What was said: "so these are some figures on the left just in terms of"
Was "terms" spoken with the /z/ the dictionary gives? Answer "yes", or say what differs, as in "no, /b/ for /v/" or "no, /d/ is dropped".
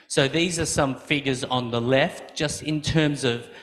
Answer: yes